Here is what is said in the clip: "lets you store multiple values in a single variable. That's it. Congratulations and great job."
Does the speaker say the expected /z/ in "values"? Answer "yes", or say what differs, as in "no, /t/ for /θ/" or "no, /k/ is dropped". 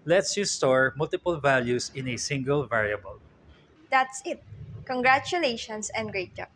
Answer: no, /s/ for /z/